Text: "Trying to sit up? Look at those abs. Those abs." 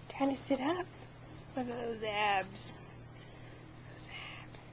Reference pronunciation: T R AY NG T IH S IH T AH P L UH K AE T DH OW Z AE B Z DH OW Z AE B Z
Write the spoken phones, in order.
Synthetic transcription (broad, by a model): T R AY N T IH S IH T AH P W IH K DH OW Z AE B Z DH OW Z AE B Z